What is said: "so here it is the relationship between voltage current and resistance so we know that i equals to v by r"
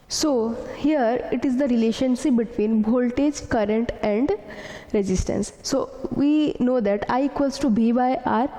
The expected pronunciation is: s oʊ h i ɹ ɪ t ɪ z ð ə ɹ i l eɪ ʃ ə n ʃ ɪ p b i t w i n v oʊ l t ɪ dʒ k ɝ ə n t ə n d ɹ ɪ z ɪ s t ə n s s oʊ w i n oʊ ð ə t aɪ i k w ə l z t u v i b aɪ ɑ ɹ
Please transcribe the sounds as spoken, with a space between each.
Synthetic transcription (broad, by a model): s oʊ h i ɹ ɪ t ɪ z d ə ɹ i l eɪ ʃ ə n s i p b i t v i n b oʊ l t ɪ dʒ k ɝ ə n t ə n d ɹ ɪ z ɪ s t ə n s s oʊ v i n oʊ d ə t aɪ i k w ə l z t u b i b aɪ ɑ ɹ